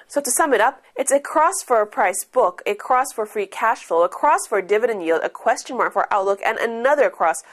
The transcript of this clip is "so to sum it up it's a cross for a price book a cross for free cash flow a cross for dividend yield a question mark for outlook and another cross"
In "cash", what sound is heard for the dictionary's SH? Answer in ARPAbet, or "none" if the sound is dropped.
SH